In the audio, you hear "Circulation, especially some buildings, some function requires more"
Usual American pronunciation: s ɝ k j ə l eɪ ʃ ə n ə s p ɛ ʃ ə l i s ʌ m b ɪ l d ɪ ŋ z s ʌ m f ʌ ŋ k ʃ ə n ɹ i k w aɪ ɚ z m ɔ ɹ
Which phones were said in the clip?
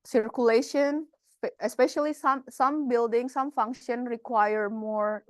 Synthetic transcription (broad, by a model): s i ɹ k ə l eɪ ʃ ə n ə s p ɛ ʃ ə l i s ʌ m b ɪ l d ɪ ŋ s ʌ m f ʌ ŋ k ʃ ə n ɹ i k w aɪ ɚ m ɔ ɹ